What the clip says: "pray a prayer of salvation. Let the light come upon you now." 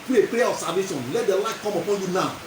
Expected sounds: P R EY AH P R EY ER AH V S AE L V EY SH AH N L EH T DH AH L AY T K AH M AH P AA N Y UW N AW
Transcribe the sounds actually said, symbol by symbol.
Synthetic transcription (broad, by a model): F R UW AH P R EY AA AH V S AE V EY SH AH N L EH T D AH L AY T K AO M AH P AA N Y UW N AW